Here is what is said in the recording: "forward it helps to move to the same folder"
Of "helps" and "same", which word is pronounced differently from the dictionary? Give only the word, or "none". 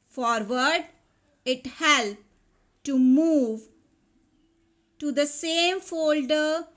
helps